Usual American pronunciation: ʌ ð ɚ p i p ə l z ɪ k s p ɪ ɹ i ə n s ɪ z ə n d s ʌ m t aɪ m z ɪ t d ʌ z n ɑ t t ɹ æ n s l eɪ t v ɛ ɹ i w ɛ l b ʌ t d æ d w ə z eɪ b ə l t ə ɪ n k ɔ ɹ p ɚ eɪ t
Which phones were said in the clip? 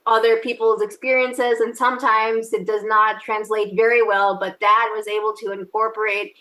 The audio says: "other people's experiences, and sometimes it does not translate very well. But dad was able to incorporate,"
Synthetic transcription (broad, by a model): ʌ ð ɚ p i p l z ɪ k s p ɪ ɹ i ə n s ɪ z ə n s ʌ m t aɪ m z ɪ t d ʌ z n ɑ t t ɹ æ n s l eɪ t v ɛ ɹ i w ɛ l b ʌ t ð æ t w ə z eɪ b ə l t ə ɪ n k ɔ ɹ p ɚ eɪ t